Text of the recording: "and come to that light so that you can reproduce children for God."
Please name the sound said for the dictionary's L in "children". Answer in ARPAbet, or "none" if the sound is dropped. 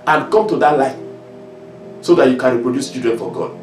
none